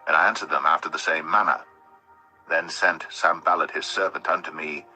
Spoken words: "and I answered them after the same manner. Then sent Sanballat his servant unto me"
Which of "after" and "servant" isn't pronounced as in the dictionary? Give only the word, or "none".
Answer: none